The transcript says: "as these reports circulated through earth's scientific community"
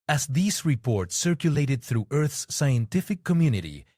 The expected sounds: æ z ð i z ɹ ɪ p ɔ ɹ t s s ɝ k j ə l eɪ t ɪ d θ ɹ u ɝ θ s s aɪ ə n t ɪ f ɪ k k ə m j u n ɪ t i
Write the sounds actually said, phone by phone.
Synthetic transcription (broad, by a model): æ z ð i z ɹ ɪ p ɔ ɹ t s s ɝ k j ə l eɪ t ɪ d θ ɹ u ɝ θ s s aɪ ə n t ɪ f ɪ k k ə m j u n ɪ t i